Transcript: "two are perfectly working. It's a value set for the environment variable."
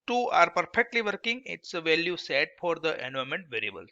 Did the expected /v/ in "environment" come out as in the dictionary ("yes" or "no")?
no